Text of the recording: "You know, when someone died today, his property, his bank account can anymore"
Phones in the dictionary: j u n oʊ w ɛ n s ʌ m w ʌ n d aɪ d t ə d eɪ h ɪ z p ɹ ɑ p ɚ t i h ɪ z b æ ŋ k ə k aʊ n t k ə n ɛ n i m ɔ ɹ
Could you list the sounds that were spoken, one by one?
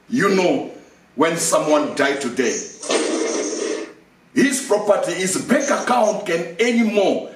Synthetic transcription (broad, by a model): j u n oʊ w ɛ n s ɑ m w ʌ n d aɪ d t ə d eɪ h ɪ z p ɹ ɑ p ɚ t i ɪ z b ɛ k ə k aʊ n t k ə n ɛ n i m ɔ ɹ